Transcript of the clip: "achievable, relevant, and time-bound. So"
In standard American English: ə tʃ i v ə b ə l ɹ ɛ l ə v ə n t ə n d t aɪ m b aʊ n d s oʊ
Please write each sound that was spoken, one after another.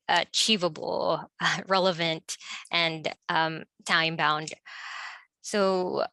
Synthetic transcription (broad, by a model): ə tʃ i v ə b l ɹ ɛ l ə v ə n t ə n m t aɪ m b aʊ n d s oʊ